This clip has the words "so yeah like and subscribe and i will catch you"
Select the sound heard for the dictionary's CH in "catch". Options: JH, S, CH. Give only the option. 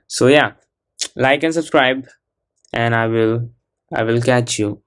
CH